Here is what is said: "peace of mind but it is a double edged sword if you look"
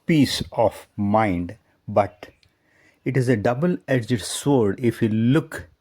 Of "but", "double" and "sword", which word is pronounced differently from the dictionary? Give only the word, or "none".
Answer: none